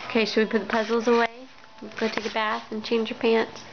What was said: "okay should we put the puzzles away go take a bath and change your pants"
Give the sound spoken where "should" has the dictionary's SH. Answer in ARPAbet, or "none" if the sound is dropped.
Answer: S